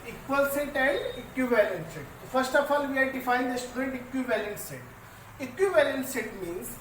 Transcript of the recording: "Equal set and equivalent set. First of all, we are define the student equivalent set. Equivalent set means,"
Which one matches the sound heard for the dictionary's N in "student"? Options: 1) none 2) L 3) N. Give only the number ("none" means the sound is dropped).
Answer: 1